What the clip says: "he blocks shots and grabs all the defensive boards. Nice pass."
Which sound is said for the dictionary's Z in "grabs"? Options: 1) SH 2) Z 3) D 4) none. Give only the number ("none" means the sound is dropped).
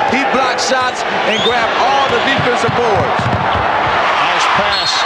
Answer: 4